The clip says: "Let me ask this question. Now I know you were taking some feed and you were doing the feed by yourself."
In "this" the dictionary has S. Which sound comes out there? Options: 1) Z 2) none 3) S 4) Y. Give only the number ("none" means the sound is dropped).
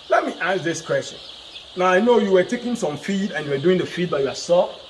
3